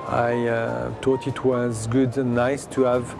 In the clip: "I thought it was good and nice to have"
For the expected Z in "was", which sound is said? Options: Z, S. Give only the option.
Z